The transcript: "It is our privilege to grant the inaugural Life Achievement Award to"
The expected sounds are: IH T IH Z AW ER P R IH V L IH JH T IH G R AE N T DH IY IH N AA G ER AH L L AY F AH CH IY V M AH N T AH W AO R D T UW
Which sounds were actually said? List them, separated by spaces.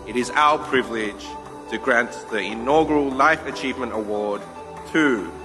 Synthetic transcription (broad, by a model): IH T IH Z AW ER P R IH V L IH JH T IH G R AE N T DH IY IH N AA G ER AH L L AY F AH CH IY V M AH N T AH W AO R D T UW